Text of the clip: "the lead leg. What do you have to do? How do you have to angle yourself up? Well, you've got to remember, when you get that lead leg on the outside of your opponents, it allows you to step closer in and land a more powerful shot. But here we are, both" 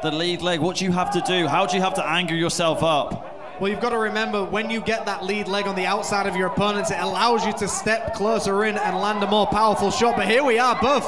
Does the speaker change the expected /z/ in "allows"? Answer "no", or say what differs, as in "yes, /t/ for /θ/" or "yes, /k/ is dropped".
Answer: no